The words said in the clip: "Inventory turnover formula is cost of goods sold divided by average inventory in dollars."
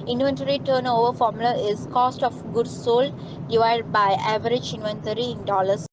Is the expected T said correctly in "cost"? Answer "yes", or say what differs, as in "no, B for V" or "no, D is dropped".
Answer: yes